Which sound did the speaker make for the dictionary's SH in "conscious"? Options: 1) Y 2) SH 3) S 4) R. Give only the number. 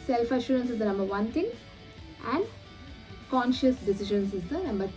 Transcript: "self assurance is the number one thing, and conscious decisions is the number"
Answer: 2